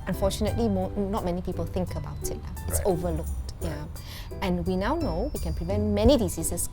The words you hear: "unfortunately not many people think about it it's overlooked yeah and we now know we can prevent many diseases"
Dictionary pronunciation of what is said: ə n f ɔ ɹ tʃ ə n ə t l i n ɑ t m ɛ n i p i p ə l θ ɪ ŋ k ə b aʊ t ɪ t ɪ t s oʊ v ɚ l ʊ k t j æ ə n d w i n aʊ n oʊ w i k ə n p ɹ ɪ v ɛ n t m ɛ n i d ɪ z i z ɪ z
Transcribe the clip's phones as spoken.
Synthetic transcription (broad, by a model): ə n f ɔ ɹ tʃ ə n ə t l i n ɑ t m ɛ n i p i p ə l θ ɪ ŋ k ə b aʊ t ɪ t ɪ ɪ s oʊ v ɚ l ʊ k t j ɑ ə n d w i n aʊ n oʊ w i k ə n p ɹ ɪ v ɛ n t m ɛ n i d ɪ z i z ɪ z